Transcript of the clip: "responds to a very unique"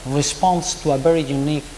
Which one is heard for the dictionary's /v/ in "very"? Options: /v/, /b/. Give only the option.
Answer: /b/